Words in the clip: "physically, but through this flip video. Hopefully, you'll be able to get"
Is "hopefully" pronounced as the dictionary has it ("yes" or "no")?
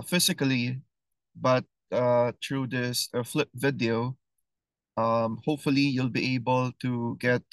yes